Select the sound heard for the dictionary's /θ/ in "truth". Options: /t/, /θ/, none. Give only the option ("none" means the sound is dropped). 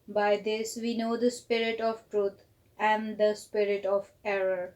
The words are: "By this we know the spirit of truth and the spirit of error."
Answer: /t/